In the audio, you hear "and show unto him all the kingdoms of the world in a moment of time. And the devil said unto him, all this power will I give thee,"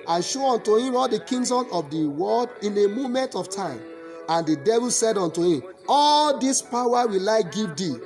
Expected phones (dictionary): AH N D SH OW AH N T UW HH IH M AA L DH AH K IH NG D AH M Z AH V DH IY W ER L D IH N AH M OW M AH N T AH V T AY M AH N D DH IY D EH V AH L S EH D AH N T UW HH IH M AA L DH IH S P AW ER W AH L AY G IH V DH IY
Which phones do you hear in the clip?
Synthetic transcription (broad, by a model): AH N SH OW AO N T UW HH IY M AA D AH K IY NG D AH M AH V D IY W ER L D IH N AH M OW M AH N T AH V T AY M AH N D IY D EH V AH L S EH D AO N T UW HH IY M AA L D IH S P AW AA W AH L AY G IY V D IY